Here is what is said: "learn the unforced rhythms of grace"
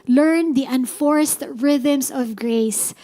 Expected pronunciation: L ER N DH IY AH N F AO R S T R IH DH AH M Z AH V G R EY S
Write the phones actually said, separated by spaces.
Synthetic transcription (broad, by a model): L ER N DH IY AH N F AO R S T R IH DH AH M S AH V G R EY S